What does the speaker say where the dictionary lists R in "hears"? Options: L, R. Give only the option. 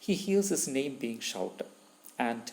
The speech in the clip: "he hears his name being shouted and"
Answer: L